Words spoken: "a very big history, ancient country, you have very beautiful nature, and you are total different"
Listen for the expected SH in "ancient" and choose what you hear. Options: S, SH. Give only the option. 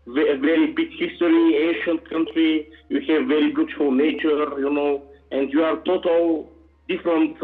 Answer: SH